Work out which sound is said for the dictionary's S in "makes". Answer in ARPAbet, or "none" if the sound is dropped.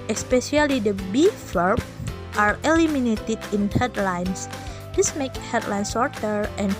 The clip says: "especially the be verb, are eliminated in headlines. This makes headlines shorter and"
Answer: none